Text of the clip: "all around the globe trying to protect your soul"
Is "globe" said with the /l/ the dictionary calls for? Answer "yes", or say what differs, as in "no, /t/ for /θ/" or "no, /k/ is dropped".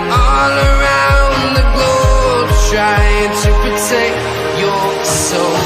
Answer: no, /l/ is dropped